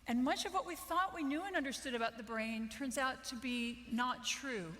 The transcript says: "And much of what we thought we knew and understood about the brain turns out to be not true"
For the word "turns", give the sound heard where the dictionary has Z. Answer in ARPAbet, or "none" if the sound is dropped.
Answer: Z